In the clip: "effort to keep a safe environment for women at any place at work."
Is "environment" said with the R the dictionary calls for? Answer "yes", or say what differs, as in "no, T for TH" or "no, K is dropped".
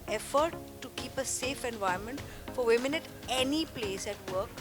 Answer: no, R is dropped